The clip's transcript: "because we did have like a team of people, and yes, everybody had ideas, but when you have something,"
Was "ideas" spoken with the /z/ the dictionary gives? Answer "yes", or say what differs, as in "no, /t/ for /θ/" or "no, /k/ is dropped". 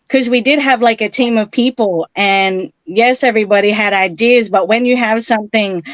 yes